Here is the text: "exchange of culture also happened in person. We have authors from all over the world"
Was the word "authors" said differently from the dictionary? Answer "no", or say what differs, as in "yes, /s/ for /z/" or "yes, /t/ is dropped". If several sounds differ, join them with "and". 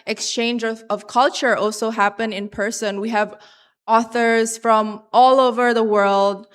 no